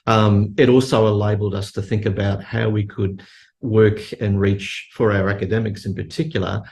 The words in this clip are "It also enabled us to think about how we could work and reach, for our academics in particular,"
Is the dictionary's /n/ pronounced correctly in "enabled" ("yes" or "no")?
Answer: no